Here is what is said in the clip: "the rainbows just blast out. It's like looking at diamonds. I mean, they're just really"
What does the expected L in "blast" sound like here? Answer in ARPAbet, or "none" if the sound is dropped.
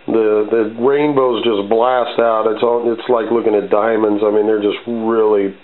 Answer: L